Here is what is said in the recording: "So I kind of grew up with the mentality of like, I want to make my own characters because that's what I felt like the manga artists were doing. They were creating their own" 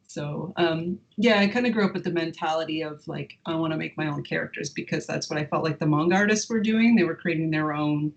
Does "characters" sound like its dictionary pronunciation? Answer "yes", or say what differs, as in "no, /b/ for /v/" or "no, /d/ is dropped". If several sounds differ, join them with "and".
yes